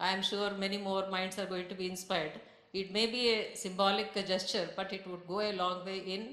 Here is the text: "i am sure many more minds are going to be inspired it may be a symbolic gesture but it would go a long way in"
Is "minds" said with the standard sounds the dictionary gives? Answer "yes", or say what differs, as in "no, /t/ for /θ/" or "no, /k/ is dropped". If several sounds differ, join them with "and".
no, /s/ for /z/